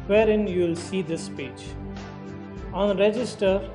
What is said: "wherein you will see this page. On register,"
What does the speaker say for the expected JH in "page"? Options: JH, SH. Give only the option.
JH